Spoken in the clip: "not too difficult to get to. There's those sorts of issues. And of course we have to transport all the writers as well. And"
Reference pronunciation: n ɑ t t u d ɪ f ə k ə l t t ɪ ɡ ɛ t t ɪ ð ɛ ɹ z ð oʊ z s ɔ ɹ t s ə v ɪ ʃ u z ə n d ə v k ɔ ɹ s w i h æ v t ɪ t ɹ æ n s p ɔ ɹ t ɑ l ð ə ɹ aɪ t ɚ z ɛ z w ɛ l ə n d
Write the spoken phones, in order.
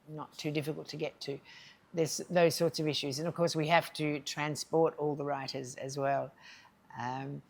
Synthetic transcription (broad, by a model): n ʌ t t u d ɪ f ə k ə l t t ɪ ɡ ɛ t t ɪ ð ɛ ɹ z ð oʊ z s ɔ ɹ t s ə v ɪ ʃ u z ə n ə v k ɔ ɹ s w i h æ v t ɪ t ɹ æ n s p ɔ ɹ t ɑ l ð ə ɹ aɪ t ɚ z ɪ z w ɛ l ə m